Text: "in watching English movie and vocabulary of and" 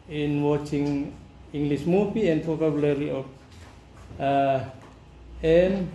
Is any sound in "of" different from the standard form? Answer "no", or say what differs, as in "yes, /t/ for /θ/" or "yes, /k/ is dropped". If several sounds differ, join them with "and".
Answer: yes, /p/ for /v/